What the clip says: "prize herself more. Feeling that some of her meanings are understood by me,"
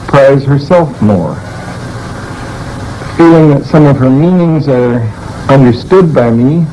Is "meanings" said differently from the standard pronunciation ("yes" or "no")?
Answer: no